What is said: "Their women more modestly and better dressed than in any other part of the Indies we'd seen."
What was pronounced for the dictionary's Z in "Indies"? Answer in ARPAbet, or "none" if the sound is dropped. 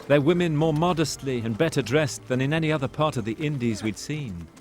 Z